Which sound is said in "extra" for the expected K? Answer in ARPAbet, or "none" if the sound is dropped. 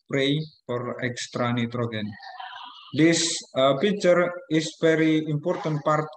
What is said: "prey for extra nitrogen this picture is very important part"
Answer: K